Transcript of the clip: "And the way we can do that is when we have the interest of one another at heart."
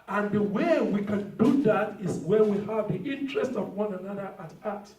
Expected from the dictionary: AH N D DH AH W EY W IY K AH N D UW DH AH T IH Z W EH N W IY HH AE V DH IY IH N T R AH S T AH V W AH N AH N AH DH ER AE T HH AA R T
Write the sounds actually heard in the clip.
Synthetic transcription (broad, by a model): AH N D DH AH W EY W IY K AH N D UW DH AH T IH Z W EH W IY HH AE V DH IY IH N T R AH S T AH V W AH N AH N AH DH ER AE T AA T